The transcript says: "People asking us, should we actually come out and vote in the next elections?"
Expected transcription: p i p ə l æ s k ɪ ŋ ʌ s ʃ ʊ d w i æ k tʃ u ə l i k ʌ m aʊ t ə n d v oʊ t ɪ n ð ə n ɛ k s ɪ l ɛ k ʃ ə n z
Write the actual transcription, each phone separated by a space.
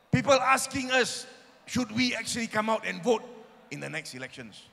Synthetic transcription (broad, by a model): p i p ə l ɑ s k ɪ ŋ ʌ s ʃ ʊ d w i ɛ k tʃ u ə l i k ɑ m aʊ t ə n v oʊ t ɪ n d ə n ɛ k s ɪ l ɛ k ʃ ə n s